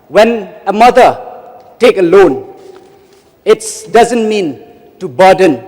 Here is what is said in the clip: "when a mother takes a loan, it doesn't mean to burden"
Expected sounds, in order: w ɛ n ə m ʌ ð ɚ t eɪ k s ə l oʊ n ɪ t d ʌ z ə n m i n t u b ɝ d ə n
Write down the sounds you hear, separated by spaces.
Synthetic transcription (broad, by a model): w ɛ n ə m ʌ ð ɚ t eɪ k ə l oʊ n ɪ t d ʌ z ə n m i n t u b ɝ d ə n